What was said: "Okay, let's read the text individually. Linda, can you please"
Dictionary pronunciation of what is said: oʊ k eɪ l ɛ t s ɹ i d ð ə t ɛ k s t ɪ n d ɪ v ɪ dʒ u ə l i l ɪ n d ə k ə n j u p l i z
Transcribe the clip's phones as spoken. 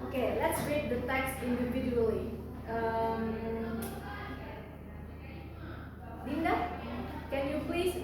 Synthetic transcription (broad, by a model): oʊ k eɪ l ɛ t s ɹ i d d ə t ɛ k s ɪ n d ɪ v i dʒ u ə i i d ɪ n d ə k ə n j u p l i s